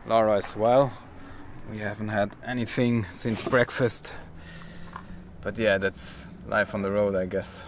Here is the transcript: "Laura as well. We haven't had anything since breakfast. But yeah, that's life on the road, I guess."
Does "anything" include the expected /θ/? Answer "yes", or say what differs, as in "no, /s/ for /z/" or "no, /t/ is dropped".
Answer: yes